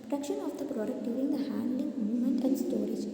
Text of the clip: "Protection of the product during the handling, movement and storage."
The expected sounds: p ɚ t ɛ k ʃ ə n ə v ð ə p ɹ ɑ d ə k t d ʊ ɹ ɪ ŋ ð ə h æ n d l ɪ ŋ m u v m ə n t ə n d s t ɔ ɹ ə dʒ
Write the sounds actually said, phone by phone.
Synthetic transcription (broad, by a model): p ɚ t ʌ k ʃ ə n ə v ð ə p ɹ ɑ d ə k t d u ɪ ŋ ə h æ n d l ɪ ŋ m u m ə n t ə n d s t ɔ ɹ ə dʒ